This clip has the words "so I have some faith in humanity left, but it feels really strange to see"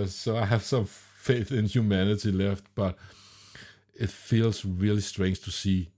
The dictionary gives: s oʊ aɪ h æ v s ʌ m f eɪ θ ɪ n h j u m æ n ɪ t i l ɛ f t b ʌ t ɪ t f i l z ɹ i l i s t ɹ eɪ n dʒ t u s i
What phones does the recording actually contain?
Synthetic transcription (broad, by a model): s oʊ aɪ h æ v s ʌ m f eɪ θ ɪ n h j u m æ n ɪ t i l ɛ f t b ʌ t ɪ t f i l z ɹ i l i s t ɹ eɪ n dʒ t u s i